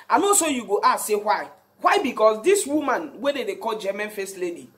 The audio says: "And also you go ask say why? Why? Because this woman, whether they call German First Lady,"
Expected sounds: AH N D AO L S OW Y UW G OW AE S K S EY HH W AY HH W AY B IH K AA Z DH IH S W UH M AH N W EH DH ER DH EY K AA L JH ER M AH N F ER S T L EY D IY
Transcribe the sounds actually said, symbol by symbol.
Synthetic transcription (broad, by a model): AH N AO S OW Y UW G OW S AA S EY HH W AY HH W AY B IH K AA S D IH S W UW M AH N W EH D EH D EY K AA L JH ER M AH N F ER S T L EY D IY